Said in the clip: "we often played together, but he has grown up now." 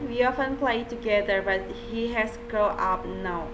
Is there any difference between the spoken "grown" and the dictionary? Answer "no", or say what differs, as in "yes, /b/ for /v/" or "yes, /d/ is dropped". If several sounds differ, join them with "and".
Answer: yes, /ɹ/ is dropped and /n/ is dropped